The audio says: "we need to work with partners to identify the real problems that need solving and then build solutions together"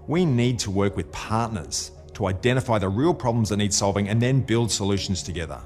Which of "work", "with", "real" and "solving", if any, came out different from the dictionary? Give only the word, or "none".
none